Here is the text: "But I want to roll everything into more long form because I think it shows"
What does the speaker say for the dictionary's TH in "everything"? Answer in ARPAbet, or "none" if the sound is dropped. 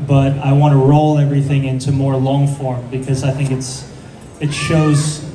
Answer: TH